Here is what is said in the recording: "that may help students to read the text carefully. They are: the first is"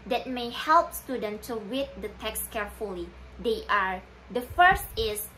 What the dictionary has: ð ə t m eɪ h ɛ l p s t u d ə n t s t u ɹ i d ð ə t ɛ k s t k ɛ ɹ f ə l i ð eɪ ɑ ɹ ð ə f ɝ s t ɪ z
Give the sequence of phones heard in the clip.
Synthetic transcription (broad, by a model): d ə t m eɪ h ɛ l p s t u d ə n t t u w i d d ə t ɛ k s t k ɛ ɹ f ə l i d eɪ ɑ ɹ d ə f ɝ s t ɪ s